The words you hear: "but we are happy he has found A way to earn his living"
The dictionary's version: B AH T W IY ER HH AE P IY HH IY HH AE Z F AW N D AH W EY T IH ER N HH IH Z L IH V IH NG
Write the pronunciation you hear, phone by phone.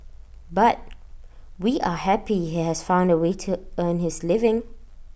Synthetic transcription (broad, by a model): B AH T W IY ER HH AE P IY HH IY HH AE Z F AW N D AH W EY T IH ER N HH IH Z L IH V IH NG